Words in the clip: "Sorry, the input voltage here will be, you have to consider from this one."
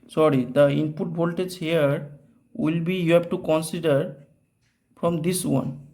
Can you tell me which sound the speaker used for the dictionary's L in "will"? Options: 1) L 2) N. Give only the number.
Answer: 1